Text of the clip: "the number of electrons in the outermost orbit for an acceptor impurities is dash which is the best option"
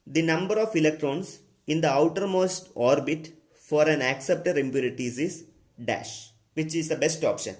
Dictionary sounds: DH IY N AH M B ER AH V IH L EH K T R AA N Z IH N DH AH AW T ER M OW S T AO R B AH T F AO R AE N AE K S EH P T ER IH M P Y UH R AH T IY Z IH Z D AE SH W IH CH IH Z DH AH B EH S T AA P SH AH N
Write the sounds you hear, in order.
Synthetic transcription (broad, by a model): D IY N AH M B ER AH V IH L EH K T R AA N S IH N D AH AW T ER M OW S T AO R B AH T F AO R AE N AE K S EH P T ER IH M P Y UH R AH T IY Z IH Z D AE SH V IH CH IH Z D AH B EH S T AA P SH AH N